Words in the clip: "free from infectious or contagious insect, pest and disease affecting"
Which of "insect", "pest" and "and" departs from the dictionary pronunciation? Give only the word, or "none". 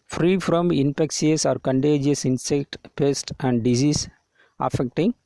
none